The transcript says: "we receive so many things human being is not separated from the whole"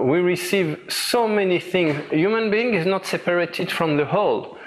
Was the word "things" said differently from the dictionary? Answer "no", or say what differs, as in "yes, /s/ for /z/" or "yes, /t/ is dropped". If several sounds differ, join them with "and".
no